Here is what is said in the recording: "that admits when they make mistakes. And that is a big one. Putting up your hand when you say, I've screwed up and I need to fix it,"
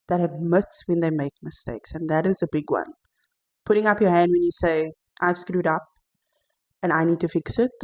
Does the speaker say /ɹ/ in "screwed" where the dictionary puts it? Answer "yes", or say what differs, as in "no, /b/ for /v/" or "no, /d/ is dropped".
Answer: yes